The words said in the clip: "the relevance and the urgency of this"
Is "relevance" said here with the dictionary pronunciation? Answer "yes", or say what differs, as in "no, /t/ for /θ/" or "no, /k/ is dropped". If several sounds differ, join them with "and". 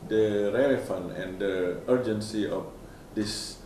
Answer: no, /f/ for /v/ and /s/ is dropped